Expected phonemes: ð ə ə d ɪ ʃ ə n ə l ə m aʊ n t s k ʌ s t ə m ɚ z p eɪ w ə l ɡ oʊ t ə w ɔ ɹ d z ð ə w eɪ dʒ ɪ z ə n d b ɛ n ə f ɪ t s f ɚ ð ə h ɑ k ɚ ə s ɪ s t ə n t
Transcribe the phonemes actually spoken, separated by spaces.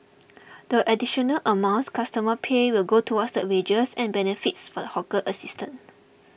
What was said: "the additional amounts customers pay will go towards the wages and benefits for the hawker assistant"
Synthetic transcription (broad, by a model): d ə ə d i ʃ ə n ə l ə m aʊ n s k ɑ s t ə m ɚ p eɪ w ə l ɡ oʊ t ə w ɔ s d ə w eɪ dʒ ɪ s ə n b ɛ n ə f ɪ t s f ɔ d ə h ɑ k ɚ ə s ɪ s t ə n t